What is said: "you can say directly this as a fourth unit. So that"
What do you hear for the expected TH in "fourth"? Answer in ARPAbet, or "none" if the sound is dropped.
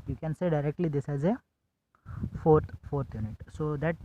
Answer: F